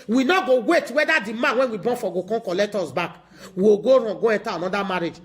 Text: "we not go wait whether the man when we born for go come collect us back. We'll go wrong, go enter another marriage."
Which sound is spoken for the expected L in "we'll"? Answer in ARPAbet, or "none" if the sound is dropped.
W